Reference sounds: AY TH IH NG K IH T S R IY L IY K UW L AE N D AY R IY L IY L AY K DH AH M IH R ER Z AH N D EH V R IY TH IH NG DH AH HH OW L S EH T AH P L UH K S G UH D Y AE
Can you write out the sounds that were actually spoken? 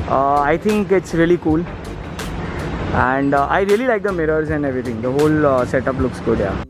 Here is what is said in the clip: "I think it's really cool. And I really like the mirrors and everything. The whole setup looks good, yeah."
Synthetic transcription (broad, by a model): AY T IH NG K IH T S R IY L IY K UW L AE N D AY R IY L IY L AY K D AH M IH R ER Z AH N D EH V R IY T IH NG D AH HH OW L S EH T AH P L UH K S G UH D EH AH